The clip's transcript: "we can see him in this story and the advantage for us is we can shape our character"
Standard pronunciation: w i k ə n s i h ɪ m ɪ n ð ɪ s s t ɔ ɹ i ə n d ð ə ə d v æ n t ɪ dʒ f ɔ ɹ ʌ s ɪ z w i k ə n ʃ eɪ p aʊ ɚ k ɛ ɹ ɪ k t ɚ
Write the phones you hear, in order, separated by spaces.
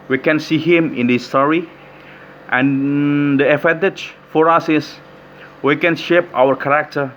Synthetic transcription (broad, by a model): w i k ə n s i h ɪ m ɪ n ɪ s s t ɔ ɹ i ə n d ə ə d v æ n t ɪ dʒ f ɔ ɹ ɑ s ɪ s w i k ə n ʃ eɪ p aʊ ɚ k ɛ ɹ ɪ k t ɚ